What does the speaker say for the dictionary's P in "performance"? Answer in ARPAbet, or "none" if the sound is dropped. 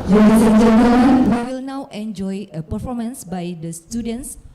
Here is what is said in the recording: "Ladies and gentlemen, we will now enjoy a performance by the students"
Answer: P